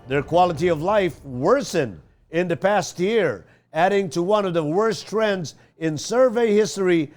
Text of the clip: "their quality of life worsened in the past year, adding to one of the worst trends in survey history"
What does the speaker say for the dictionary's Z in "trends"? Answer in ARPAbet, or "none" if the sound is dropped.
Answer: Z